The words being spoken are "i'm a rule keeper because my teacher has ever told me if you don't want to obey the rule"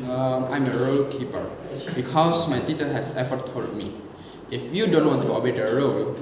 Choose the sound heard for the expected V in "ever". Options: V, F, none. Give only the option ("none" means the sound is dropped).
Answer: F